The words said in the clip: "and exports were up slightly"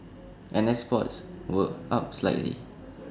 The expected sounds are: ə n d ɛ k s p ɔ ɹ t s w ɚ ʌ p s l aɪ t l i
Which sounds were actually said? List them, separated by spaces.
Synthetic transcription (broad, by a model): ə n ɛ s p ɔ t s w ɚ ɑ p s l aɪ t l i